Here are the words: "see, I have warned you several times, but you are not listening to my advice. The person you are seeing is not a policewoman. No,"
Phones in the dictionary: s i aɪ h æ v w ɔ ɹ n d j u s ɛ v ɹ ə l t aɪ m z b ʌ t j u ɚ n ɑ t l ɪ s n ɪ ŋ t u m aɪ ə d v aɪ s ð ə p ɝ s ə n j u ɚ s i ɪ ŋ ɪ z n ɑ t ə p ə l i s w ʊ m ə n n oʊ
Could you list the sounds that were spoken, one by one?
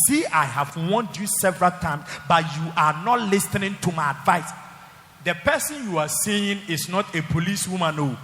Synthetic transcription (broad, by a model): s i aɪ h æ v w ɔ n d j u s ɛ v ɹ ə l t aɪ m s b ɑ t j u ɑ n ɑ t l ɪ s n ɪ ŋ t u m aɪ ə d v aɪ s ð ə p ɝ s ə n j u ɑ s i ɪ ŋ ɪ s n ɑ t ə p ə l i s w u m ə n n oʊ